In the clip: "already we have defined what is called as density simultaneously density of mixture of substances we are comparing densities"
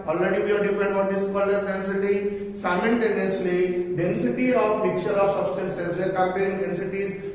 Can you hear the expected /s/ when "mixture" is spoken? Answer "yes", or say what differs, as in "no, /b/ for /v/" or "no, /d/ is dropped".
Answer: no, /s/ is dropped